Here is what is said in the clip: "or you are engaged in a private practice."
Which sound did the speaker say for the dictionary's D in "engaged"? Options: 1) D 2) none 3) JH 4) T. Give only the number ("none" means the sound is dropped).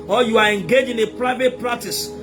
2